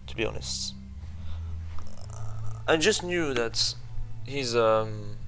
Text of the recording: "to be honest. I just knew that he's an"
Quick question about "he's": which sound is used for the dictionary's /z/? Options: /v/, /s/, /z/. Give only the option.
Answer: /z/